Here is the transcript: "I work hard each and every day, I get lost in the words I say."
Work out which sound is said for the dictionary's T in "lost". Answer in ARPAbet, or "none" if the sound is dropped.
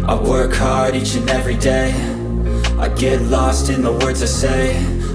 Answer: T